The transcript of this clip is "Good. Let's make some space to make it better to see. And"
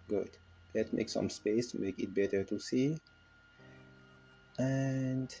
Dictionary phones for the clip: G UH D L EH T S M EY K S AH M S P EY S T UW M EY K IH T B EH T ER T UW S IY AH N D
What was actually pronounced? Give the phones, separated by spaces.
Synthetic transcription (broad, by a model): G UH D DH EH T M EY K S AH M S P EY S T UW M EY K IH T B EH T ER T UW S IY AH N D